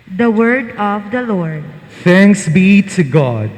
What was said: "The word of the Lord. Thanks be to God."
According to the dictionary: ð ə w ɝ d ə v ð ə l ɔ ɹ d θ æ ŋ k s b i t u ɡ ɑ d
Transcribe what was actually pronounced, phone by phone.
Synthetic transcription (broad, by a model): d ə w ɝ d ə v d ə l ɔ ɹ d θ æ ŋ k s b i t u ɡ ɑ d